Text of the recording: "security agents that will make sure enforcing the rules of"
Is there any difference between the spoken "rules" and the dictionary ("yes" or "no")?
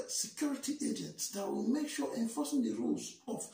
no